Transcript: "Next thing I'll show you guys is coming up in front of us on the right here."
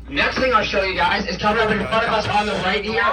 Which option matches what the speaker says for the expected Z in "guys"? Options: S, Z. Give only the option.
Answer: Z